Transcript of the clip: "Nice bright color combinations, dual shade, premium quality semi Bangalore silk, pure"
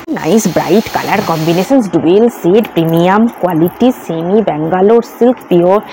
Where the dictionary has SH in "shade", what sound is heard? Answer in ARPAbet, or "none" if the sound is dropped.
S